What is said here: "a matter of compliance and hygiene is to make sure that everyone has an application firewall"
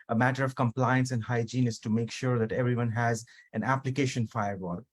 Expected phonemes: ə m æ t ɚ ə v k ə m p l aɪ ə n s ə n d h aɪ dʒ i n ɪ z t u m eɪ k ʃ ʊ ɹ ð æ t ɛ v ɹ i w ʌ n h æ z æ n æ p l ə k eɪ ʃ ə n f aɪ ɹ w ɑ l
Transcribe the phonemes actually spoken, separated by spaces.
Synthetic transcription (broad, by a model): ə m æ t ɚ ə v k ə m p l aɪ ə n s ə n d h aɪ dʒ i n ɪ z t u m eɪ k ʃ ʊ ɹ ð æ t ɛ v ɹ i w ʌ n h æ z æ n æ p l ə k eɪ ʃ ə n f aɪ ɹ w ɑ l